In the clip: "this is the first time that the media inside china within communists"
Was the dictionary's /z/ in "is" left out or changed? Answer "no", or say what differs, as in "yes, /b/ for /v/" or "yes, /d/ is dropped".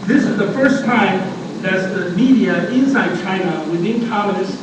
no